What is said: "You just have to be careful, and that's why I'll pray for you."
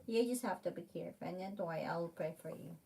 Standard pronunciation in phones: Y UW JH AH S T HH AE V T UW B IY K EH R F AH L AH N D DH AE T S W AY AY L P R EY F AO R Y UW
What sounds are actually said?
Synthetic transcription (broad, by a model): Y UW JH AH S T HH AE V T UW B IY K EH R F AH N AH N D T W AY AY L P R EY F AO R Y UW